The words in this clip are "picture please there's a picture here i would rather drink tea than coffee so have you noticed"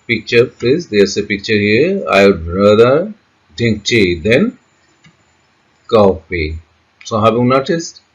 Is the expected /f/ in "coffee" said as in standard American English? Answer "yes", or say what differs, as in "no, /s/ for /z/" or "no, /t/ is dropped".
no, /p/ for /f/